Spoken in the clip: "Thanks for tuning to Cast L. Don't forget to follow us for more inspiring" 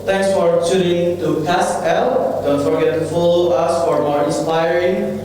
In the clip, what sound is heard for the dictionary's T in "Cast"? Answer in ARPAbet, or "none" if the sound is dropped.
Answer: none